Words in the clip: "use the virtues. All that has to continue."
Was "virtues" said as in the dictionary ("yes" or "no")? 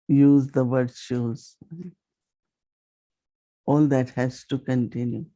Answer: no